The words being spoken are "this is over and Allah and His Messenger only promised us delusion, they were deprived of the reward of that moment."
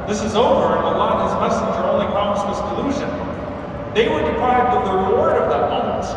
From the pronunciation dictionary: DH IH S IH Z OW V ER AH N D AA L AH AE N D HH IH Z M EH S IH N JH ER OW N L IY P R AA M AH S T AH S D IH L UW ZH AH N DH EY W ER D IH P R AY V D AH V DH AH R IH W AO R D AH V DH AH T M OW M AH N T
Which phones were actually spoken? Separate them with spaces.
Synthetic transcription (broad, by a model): DH IH S IH Z OW V ER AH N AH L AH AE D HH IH Z M EH S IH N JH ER OW N L IY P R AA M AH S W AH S D IH L UW ZH AH N DH EY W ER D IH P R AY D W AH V DH AH R IH W AO R D AH V DH AH T M OW M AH N T